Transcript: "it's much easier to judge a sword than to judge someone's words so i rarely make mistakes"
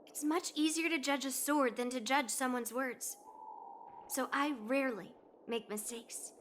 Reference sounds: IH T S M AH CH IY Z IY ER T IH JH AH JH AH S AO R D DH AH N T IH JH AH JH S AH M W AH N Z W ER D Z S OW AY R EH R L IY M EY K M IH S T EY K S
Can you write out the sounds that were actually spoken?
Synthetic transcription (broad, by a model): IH T S M AH CH IY Z IY ER T IH JH AH JH AH S AO R D DH AH N T IH JH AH ZH S AH M W AH N Z W ER D Z S OW AY R EH R L IY M EY K M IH S T EY K S